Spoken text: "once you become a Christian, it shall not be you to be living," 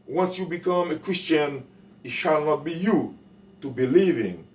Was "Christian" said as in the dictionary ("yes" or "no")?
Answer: yes